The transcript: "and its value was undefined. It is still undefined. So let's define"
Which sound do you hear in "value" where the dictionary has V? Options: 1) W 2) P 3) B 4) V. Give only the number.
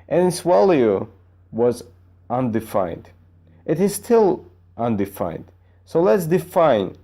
1